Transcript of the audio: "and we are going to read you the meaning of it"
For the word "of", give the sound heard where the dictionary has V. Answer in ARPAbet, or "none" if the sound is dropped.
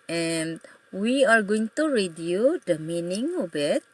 B